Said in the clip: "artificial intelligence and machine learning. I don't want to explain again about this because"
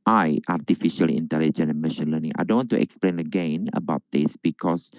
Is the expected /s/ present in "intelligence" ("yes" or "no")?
no